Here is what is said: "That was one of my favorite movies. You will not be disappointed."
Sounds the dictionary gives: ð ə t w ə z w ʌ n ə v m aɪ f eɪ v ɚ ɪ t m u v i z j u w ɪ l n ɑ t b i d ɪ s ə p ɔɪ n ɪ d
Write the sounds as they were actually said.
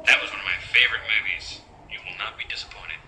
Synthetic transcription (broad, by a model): ð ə t w ə z w ʌ n ə v m aɪ f eɪ v ɚ ɪ t m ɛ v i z j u w ɪ l n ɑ t b i d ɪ s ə p ɔɪ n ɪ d